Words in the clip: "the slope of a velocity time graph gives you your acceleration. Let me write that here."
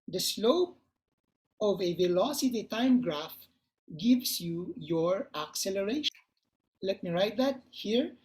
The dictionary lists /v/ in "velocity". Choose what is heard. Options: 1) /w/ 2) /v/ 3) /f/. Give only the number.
2